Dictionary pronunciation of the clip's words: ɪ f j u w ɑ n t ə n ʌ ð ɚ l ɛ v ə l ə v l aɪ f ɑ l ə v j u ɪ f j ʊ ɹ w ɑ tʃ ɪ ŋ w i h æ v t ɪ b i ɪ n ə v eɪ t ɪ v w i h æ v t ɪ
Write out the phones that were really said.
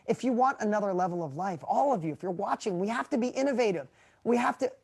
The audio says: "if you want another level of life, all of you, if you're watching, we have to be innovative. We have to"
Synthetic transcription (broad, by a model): ɪ f j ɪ w ɑ n t ə n ʌ ð ɚ l ɛ v l ə v l aɪ f ɑ l ə v j u ɪ f j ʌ ɹ w ɑ tʃ ɪ ŋ w i h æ f t ɪ b i ɪ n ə v eɪ t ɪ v w i h æ f t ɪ